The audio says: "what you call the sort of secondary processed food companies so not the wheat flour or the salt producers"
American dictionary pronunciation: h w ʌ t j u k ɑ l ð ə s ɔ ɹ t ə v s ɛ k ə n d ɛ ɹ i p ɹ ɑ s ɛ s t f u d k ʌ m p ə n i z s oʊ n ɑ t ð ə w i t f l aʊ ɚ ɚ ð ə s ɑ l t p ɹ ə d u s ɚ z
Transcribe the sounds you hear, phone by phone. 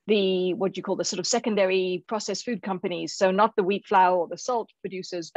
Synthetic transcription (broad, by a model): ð w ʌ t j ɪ k ɑ l ð ə s ɔ ɹ t ə v s ɛ k ə n d ɛ ɹ i p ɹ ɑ s ɛ s f u d k ʌ m p ə n i z s oʊ n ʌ t ð ə w i t f l aʊ ɚ ɚ ð ə s ɑ l t p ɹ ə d u s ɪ z